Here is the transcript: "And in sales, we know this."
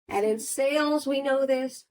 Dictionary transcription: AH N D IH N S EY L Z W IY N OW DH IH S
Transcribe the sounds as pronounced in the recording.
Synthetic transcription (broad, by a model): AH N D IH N S EY L Z W IY N OW DH IH S